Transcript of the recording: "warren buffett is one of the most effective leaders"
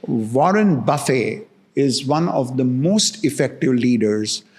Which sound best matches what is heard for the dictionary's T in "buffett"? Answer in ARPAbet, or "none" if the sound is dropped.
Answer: none